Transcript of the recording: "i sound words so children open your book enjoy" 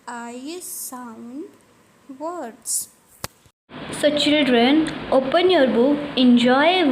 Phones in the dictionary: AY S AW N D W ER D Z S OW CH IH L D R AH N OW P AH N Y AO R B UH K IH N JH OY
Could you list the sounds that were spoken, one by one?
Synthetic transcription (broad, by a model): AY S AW N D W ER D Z S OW CH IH L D R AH N OW P AH N Y AO R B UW IH N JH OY